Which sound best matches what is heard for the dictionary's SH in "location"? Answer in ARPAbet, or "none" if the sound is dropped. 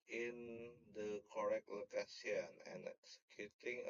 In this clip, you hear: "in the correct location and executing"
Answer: S